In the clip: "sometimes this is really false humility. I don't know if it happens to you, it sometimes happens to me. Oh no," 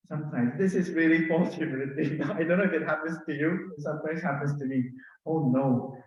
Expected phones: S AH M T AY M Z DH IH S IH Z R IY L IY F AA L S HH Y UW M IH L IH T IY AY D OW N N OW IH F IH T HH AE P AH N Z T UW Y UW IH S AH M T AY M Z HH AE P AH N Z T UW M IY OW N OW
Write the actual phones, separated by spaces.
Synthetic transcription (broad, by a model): S AH M T AY M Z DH IH S IH Z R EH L IY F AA S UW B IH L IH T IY AY D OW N N OW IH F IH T HH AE P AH N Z T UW Y UW S AH M T AY M Z HH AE P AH N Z T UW M IY OW N OW